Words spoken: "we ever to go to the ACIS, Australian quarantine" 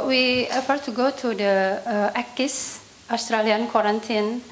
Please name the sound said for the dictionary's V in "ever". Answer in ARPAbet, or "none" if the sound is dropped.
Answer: F